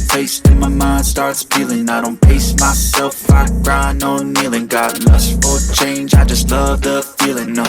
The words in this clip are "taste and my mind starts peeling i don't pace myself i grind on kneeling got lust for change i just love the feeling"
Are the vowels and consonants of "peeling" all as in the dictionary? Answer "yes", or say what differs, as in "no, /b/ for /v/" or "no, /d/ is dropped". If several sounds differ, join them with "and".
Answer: no, /f/ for /p/